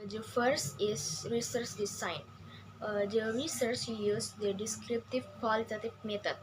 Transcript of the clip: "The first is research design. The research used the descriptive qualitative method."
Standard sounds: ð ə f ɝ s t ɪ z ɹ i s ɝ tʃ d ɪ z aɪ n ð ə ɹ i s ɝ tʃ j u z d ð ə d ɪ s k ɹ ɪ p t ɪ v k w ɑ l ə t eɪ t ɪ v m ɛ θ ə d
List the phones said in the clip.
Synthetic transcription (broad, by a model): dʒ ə f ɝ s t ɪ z ɹ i s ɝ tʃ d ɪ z aɪ n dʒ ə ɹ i s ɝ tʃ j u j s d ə d ɪ s k ɹ ɪ p t ɪ v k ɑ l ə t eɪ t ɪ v m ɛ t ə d